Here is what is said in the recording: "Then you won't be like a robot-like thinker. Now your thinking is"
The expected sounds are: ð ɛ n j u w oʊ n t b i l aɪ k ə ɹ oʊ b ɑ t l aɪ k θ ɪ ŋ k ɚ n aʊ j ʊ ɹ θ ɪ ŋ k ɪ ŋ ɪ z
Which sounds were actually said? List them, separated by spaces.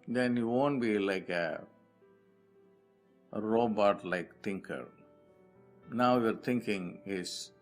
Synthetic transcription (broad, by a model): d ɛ n j u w oʊ n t b i l aɪ k ə ɹ oʊ b ɑ t l aɪ k t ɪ ŋ k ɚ n aʊ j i ɹ t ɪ ŋ k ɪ ŋ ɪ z